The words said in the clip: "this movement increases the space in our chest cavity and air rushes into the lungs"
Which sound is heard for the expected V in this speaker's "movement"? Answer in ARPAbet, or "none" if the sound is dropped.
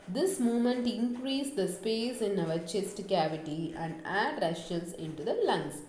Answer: none